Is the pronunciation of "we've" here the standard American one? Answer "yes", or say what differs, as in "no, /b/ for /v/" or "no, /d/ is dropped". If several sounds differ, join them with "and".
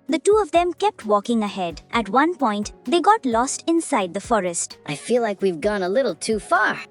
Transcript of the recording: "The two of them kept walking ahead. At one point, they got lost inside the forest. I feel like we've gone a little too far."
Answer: yes